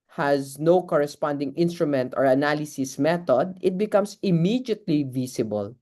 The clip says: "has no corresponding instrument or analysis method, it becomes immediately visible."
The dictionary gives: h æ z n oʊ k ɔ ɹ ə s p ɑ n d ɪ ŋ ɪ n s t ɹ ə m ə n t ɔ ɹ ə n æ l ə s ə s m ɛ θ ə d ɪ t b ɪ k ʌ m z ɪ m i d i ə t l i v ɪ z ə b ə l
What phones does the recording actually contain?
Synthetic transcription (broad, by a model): h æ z n oʊ k ɔ ɹ ə s p ɑ n d ɪ ŋ ɪ n s t ɹ ə m ə n t ɔ ɹ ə n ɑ l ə s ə s m ɛ t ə d ɪ t b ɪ k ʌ m s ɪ m i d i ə t l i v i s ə b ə l